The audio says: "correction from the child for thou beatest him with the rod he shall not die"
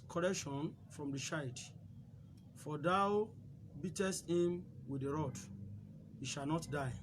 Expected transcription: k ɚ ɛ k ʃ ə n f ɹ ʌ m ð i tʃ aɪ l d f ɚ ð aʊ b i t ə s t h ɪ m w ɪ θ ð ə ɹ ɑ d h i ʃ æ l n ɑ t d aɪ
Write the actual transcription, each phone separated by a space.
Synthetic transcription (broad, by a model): k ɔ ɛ k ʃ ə n f ɹ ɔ m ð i ʃ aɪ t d f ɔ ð aʊ b i t ə s t h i m w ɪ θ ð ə ɹ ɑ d h i ʃ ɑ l n ɑ t d aɪ